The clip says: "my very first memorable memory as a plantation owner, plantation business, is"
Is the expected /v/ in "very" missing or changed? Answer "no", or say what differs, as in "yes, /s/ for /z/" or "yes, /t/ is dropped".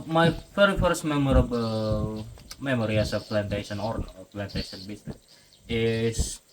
yes, /f/ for /v/